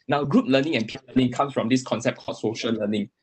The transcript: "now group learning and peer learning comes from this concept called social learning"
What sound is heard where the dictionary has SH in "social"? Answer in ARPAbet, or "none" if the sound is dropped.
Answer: SH